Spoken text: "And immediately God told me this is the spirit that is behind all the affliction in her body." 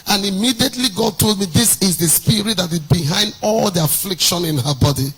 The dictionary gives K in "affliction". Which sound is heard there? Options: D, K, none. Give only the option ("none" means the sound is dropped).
K